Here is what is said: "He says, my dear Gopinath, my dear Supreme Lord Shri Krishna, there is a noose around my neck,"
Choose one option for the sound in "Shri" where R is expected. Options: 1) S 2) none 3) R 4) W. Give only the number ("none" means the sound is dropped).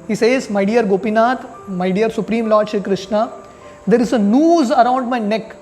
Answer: 2